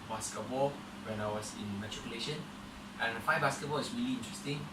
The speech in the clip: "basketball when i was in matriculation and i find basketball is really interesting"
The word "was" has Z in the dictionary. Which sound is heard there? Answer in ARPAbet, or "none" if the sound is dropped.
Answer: S